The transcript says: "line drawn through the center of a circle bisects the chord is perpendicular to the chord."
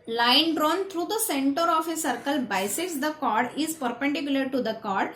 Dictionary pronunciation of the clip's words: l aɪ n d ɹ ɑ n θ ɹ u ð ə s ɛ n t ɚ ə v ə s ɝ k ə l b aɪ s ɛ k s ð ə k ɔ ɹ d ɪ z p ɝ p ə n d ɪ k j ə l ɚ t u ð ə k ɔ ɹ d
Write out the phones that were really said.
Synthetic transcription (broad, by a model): l aɪ n d ɹ ɑ n t ɹ u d ə s ɛ n t ɚ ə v ə s ɝ k ə l b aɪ s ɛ s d ə k ɔ ɹ d ɪ z p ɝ p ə n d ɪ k j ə l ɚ t u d ə k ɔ ɹ d